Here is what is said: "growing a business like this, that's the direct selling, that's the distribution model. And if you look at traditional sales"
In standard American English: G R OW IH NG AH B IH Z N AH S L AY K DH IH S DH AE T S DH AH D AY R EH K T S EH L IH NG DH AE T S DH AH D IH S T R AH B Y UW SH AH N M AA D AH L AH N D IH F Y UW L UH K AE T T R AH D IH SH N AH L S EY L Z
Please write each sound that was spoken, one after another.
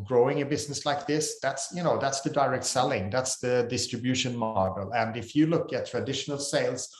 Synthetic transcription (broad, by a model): G R OW IH NG AH B IH Z N AH S L AY K DH IH S DH AE T S DH AH D AY R EH K T S EH L IH NG DH AE T S DH AH D IH S T R AH B Y UW SH AH N M AA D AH L AH N D IH F Y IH L UH K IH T T R AH D IH SH N AH L S EY L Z